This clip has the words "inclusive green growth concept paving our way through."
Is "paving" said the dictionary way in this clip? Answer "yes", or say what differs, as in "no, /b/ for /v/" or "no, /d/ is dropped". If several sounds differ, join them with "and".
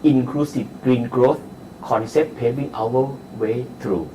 no, /b/ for /v/